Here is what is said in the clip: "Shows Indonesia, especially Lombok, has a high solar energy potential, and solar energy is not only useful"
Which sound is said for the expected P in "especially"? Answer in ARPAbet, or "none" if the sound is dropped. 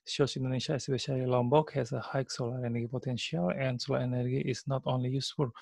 B